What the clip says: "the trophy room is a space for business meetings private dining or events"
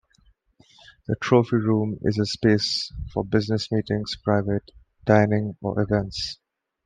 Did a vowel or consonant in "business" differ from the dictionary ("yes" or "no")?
no